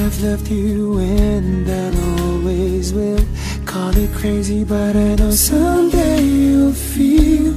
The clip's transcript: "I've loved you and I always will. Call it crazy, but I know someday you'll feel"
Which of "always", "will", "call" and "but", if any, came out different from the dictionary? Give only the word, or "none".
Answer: none